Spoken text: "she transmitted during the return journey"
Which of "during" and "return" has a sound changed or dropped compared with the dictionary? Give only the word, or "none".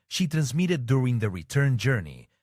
none